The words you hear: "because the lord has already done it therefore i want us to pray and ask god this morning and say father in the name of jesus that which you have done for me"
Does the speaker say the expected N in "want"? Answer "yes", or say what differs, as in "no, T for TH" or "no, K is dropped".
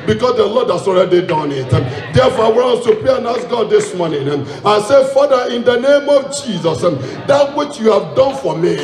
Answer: no, N is dropped